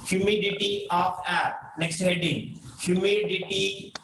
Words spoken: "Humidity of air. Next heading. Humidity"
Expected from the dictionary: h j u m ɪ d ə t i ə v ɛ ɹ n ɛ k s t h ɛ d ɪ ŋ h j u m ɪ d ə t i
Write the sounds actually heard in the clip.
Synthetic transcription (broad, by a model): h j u m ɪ d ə t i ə p ɛ ɹ n ɛ k s t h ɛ d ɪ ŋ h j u m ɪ d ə t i